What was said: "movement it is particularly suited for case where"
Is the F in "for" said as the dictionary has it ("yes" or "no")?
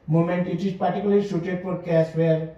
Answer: no